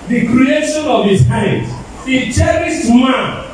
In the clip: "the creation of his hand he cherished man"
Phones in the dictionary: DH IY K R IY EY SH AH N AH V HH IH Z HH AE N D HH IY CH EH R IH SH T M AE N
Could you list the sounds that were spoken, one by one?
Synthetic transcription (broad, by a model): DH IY K R IY EY SH AH N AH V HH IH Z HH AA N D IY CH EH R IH S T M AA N